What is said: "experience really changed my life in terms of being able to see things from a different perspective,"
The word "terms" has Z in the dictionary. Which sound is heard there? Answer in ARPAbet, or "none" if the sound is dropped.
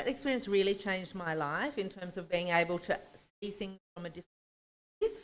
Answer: Z